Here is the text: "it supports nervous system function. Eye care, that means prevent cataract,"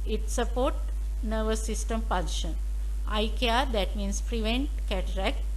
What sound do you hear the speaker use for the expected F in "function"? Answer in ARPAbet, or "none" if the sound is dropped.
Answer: P